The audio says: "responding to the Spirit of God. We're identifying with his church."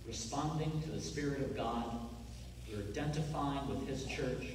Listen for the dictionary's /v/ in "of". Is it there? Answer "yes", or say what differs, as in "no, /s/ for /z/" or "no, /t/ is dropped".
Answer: yes